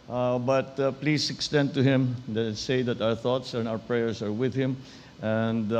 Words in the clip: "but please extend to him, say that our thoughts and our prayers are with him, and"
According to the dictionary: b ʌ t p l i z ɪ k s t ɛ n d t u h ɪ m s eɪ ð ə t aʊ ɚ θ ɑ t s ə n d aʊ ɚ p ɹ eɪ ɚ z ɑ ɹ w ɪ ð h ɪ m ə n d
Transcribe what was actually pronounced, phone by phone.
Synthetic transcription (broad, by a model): b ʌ t p l i s ɪ k s t ɛ n d t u h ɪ m s eɪ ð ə t aʊ ɚ θ ɑ t s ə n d aʊ ɚ p ɹ eɪ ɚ s ɑ ɹ w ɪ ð h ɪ m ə n d